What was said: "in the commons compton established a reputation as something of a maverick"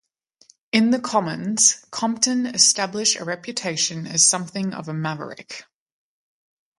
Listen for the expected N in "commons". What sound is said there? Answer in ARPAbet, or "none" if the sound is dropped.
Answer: N